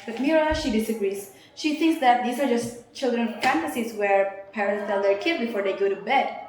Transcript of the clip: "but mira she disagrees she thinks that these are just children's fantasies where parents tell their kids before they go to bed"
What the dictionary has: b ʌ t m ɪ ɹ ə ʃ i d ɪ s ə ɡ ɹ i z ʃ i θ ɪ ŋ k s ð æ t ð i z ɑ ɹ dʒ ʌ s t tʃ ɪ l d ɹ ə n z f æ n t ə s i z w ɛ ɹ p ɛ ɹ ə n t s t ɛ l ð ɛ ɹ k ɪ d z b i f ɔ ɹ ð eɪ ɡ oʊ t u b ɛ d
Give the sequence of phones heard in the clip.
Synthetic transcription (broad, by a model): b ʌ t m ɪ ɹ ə ʃ i d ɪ s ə ɡ ɹ i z ʃ i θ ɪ ŋ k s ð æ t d i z ɑ ɹ dʒ ʌ s t tʃ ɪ l d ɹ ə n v f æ n t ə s i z w ɛ ɹ p ɛ ɹ ə n t s t ɛ l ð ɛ ɹ k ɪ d b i f ɔ ɹ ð eɪ ɡ oʊ t u b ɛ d